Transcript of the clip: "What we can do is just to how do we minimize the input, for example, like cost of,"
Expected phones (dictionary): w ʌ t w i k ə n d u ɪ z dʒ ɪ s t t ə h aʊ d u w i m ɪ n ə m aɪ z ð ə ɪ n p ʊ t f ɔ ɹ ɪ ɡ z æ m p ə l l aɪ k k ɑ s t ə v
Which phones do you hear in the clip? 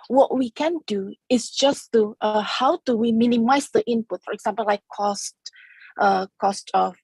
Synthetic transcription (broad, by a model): w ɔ t w i k ə n d u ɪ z dʒ ɪ s t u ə h aʊ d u w i m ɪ n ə m aɪ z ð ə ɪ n p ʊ t f ɔ ɹ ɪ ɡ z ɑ m p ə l l aɪ k k ɑ s t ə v